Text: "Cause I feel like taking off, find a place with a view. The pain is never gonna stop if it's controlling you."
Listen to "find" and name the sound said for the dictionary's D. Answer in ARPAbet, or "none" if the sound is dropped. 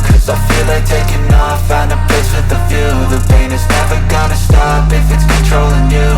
none